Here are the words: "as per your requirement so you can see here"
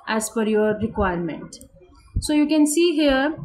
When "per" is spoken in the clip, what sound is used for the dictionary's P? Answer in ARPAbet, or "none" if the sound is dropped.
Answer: F